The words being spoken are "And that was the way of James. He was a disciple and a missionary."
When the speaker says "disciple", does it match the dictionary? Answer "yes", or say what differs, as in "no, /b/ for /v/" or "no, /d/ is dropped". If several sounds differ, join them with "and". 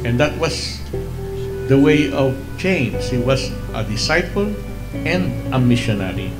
no, /f/ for /p/